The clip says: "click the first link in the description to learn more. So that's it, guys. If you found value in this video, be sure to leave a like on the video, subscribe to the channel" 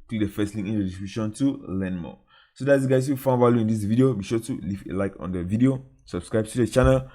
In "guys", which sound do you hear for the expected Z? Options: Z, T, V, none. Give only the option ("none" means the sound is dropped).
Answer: none